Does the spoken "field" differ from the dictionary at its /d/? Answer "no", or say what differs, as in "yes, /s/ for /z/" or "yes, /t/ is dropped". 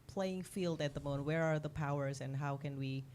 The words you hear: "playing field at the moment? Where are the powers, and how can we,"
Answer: no